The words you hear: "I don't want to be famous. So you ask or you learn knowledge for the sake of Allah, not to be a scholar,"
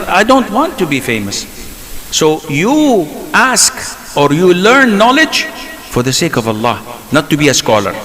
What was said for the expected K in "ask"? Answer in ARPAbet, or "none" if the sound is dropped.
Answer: K